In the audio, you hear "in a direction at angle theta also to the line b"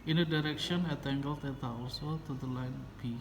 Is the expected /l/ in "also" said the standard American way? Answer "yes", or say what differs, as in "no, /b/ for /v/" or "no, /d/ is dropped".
no, /l/ is dropped